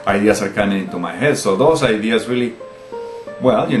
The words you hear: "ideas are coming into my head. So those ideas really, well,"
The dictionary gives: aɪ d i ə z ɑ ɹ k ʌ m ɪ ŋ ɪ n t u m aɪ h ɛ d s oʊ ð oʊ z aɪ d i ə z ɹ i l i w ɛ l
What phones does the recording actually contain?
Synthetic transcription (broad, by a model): aɪ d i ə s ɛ ɹ k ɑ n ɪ ɪ n t u m aɪ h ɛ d s oʊ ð oʊ s aɪ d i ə s ɹ i l i w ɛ l